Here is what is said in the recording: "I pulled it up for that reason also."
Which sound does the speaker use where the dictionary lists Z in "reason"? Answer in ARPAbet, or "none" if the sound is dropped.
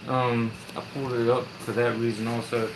Z